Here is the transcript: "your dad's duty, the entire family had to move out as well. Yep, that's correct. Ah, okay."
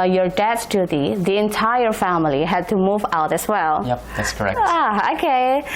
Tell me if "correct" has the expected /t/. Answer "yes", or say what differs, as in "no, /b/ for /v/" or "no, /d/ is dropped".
no, /t/ is dropped